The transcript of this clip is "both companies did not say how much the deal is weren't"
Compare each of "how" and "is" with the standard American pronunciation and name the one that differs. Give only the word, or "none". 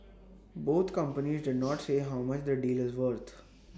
none